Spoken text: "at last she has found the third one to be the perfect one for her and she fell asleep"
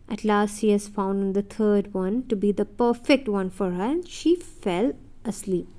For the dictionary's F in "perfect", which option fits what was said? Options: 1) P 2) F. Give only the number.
2